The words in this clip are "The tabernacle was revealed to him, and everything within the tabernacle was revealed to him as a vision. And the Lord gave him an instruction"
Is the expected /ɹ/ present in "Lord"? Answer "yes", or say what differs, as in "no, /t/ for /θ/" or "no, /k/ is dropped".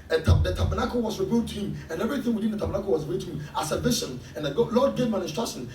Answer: no, /l/ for /ɹ/